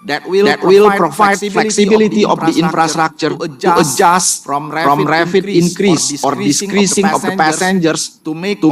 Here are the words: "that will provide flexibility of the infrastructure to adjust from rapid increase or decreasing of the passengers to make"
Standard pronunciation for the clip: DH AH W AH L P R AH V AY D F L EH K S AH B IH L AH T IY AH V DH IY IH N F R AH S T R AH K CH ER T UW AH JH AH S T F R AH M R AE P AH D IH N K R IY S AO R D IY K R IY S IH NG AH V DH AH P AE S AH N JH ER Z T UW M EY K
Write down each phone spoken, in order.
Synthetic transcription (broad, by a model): W AH L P R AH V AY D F L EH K S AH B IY L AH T IY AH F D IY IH N F R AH S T R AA K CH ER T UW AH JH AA S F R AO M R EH F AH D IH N K R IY S AO R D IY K R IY S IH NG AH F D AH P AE S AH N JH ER S T UW